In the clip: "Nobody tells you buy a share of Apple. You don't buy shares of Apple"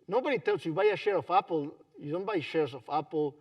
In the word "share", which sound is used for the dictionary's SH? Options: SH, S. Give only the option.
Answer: SH